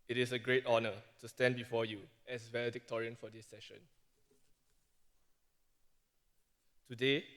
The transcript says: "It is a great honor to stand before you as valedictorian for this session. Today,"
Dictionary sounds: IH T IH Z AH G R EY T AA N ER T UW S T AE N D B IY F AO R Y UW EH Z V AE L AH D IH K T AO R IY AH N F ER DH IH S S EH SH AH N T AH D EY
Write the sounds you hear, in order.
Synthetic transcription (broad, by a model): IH T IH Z AH G R EY T AA N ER T UW S T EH N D B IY F AO Y UW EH S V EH L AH D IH K T AO R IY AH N F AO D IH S S EH SH AH N T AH D EY